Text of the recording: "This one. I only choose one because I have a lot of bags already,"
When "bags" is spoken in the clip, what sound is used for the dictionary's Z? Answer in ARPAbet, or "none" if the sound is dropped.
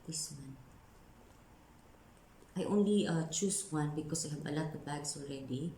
S